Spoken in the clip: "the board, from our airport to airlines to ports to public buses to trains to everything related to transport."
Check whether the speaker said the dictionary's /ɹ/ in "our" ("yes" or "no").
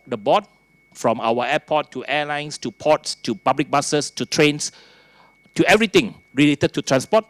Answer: no